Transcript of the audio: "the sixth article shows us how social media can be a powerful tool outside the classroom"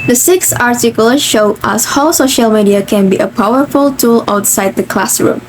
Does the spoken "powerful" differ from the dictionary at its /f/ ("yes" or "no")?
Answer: no